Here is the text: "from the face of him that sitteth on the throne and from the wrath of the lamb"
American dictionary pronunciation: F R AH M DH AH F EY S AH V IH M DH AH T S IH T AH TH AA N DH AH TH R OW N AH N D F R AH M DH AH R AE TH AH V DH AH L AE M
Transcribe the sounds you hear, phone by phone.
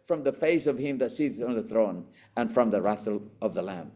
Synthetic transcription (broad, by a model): F R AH M DH AH F EY S AH V IH M DH AH T S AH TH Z N DH AH TH R OW N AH N F R AH M DH AH R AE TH AH V DH AH L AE M